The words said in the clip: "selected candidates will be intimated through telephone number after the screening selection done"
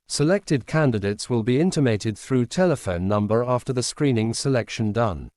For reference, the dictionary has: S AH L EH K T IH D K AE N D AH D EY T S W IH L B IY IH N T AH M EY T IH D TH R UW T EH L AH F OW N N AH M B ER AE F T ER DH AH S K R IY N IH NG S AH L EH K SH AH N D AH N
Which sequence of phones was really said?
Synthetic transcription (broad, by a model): S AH L EH K T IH D K AE N D AH D EY T S W IH L B IY IH N T AH M EY T IH D TH R UW T EH L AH F OW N N AH M B ER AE F T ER DH AH S K R IY N IH NG S AH L EH K SH AH N D AH N